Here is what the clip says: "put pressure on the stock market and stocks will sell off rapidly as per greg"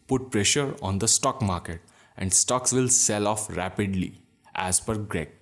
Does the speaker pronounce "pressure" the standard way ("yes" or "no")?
yes